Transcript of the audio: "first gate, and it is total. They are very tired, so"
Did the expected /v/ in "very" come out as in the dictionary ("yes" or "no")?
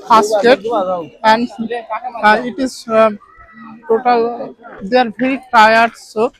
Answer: no